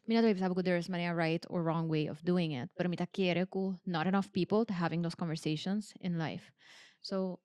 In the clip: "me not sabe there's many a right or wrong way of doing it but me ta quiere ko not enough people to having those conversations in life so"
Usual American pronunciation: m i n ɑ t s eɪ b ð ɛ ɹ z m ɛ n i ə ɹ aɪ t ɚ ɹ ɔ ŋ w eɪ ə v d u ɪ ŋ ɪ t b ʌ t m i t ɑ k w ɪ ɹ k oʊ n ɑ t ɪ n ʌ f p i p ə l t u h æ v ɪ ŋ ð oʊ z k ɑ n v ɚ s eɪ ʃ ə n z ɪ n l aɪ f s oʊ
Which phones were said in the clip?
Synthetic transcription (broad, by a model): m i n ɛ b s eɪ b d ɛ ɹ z m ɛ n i ə ɹ aɪ t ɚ ɹ ɔ ŋ w eɪ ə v d u ɪ ŋ ɪ t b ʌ t m i t ɑ k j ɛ ɹ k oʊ n ɑ t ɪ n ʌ f p i p ə l t u h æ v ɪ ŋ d oʊ s k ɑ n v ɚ s eɪ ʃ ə n s ɪ n l aɪ f s oʊ